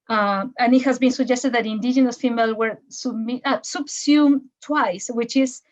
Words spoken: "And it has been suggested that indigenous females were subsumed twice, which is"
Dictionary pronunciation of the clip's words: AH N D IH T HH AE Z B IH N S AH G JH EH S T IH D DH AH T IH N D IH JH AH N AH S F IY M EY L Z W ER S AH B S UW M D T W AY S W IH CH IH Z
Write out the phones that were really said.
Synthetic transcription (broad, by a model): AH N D IH T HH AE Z B IH N S AH G JH EH S T IH D DH AH T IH N D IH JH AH N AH S F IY M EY L W ER S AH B S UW M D T W AY S W IH CH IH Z